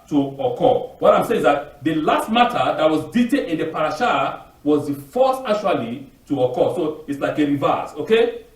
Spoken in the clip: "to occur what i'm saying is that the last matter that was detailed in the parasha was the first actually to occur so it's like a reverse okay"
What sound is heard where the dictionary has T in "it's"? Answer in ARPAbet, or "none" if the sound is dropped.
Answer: T